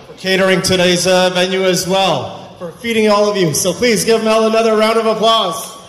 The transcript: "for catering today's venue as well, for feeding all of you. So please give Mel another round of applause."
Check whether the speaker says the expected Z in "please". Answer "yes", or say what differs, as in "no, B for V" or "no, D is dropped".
yes